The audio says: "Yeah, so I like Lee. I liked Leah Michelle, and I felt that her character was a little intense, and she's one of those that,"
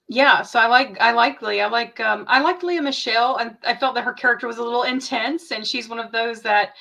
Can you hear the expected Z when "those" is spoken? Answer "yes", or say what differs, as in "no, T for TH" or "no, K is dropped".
yes